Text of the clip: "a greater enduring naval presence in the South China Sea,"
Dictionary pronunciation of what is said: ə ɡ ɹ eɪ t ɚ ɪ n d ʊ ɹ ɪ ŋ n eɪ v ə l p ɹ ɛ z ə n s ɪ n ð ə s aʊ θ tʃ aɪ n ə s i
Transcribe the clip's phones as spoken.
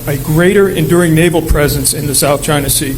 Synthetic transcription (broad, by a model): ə ɡ ɹ eɪ t ɚ ɪ n d ʊ ɹ ɪ ŋ n eɪ v l p ɹ ɛ z ə n s ɪ n ð ə s aʊ θ tʃ aɪ n ə s i